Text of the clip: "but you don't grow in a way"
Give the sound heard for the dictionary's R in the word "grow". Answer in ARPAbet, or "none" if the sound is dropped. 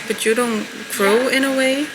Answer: R